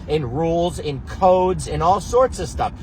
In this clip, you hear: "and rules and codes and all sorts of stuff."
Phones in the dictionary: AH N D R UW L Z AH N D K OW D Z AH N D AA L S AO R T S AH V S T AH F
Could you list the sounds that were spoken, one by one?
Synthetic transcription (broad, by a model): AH N R UW L Z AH N K OW D Z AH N AA L S AO R T S AH V S T AH F